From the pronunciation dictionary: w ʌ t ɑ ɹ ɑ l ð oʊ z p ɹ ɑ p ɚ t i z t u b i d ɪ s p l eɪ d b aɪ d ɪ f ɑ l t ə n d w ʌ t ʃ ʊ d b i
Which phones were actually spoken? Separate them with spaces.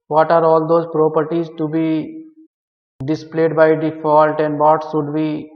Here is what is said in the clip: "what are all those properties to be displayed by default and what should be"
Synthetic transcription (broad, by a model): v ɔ t ɑ ɹ ɑ l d oʊ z p ɹ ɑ p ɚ t i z t u b i d ɪ s p l eɪ d b aɪ d ɪ f ɑ l t ə n d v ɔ t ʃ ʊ d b i